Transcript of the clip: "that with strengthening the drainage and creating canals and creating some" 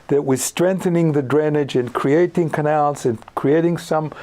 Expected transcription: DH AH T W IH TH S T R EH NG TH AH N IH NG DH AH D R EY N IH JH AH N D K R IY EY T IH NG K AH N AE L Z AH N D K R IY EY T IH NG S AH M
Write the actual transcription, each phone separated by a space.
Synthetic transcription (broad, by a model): DH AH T W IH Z S T R EH NG TH AH N IH NG DH AH D R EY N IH JH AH N K R IY EY T IH NG K AH N AE L Z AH N K R IY EY T IH NG S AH M